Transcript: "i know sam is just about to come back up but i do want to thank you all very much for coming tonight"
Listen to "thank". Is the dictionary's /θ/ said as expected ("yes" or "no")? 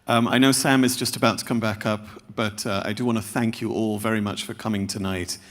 yes